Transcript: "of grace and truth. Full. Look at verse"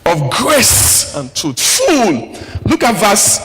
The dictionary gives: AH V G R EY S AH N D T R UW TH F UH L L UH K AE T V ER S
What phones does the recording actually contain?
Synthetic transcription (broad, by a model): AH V G R EY S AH N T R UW T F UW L L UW K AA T V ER S